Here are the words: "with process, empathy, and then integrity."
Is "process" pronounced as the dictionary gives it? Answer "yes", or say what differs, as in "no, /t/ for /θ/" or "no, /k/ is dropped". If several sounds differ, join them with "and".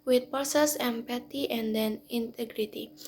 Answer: no, /ɹ/ is dropped